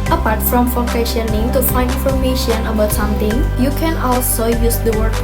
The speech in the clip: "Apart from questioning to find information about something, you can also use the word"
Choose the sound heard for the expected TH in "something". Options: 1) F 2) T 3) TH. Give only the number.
2